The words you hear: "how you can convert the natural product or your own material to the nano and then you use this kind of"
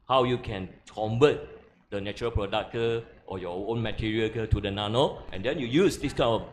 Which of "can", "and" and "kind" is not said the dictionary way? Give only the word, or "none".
kind